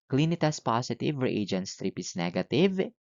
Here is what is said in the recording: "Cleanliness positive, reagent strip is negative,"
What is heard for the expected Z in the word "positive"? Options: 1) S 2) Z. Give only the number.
1